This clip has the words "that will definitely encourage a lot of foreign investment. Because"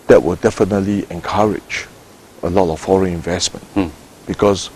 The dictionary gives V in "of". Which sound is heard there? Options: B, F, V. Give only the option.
F